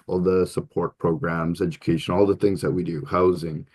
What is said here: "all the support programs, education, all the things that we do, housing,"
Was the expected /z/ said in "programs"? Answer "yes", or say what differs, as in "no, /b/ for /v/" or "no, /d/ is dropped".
yes